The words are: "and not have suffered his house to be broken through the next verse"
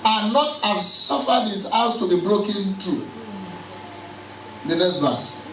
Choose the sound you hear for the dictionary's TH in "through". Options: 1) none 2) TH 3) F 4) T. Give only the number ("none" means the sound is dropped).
4